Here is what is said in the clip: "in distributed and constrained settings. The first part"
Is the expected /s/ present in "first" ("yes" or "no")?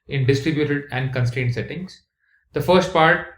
yes